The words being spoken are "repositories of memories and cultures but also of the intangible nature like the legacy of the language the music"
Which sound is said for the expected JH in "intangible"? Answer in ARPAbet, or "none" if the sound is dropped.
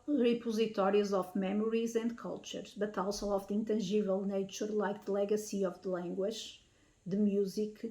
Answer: ZH